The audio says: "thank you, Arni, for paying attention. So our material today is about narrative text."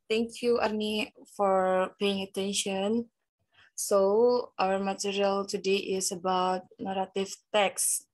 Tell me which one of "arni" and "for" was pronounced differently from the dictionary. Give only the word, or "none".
none